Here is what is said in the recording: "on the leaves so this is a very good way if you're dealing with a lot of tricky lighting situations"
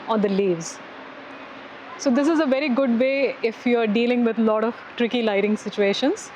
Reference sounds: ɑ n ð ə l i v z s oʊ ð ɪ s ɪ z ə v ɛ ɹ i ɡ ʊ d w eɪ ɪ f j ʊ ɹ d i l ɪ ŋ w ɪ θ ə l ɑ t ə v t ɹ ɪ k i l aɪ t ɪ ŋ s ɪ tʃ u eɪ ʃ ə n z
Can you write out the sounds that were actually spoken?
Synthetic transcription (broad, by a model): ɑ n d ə l i v z s oʊ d ɪ s ɪ z ə v ɛ ɹ i ɡ ʊ d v eɪ ɪ f j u ɹ d i l ɪ ŋ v ɪ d l ɑ t ə v t ɹ ɪ k i l aɪ t ɪ ŋ s ɪ tʃ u eɪ ʃ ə n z